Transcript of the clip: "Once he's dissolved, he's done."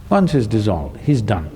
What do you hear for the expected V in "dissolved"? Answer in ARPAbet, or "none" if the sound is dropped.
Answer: V